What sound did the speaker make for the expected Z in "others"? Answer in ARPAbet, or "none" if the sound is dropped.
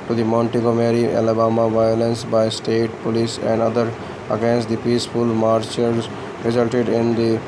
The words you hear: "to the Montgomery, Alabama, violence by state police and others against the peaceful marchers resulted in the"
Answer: none